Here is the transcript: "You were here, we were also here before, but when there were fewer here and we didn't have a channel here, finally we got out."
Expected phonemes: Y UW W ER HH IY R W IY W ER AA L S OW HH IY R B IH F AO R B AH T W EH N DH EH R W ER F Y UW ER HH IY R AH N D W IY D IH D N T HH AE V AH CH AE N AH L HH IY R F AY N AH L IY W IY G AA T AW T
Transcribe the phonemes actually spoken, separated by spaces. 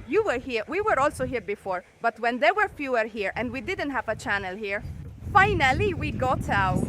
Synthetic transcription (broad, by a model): Y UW W ER HH IY R W IY W ER AA L S OW HH IY R B IH F AO R B AH T W EH N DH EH R W ER F Y UW ER HH IY R AH N D W IY D IH D N T HH AE V AH CH AE N AH L HH IY R F AY N AH L IY W IY G AA T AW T